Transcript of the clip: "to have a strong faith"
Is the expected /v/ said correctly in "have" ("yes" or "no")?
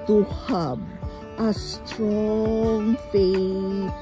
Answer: no